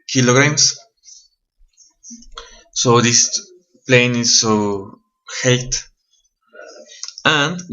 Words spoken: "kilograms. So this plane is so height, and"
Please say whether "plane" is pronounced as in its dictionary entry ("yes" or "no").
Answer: yes